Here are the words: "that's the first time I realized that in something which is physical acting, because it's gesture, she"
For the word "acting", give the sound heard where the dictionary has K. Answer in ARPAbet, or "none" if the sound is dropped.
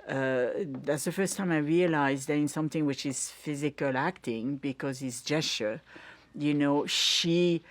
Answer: K